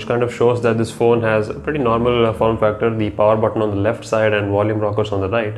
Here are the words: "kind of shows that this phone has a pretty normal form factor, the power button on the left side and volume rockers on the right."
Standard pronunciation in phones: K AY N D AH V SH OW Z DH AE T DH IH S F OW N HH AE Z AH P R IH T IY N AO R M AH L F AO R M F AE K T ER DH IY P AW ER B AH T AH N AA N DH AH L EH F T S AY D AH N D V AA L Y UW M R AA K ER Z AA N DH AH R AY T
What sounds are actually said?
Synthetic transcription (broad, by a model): K AY N D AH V SH OW Z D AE T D IH S F OW N HH AE Z AH P R IH T IY N AO R M AH L F AO R M F AE K T ER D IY P AW ER B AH T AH N AA N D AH L EH F T S AY D AH N D V AA L Y UW M R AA K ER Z AA N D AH R AY T